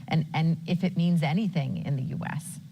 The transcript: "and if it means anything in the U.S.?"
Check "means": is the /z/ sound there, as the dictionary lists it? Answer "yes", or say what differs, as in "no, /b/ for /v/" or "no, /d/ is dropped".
yes